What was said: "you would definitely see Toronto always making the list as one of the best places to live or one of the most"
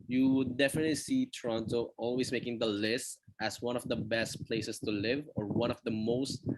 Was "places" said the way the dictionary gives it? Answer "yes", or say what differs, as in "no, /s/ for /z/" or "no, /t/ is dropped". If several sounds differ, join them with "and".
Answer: no, /s/ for /z/